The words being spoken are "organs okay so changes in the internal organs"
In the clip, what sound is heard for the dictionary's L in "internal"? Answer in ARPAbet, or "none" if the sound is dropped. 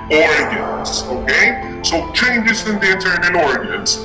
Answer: N